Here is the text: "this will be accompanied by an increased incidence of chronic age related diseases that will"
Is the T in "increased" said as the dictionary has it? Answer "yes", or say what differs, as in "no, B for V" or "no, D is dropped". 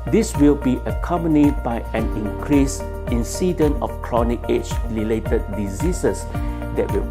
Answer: no, T is dropped